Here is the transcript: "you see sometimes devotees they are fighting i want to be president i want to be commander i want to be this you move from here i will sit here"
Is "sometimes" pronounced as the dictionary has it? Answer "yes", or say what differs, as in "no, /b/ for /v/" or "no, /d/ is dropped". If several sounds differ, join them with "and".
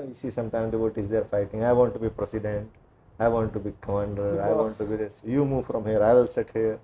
no, /z/ is dropped